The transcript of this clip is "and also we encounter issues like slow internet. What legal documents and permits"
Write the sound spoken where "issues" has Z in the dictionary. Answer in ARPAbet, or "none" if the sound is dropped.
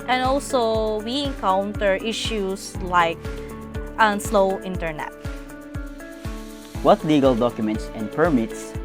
S